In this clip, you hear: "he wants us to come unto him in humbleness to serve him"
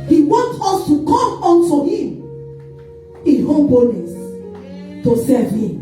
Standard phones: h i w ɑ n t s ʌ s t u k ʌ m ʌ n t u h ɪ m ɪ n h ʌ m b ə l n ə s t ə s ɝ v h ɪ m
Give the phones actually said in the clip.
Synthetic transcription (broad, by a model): h i w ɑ n t ɔ s t u k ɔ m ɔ n t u h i m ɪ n h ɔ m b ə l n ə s t ə s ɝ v h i m